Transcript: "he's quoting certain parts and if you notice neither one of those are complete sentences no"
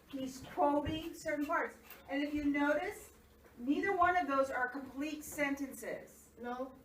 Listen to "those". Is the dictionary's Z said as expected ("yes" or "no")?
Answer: yes